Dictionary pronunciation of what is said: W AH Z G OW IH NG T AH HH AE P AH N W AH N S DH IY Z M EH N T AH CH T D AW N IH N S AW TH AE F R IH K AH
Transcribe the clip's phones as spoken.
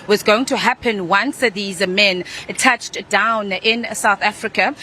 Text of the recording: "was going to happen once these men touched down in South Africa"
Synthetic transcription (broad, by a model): W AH Z G OW IH NG T AH HH AE P AH N W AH N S DH IY Z M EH N T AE CH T D AW N IH N S AW TH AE F R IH K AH